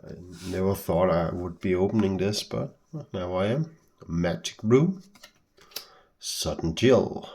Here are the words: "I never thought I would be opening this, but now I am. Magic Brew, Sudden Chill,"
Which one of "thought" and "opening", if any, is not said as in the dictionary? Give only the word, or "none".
none